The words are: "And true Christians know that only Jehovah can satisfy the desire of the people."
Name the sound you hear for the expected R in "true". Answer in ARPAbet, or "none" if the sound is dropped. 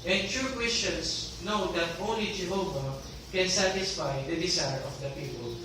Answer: none